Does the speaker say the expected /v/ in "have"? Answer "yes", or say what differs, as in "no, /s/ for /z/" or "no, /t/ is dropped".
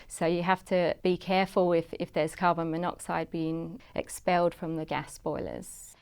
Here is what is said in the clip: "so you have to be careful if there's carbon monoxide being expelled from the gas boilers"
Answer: no, /f/ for /v/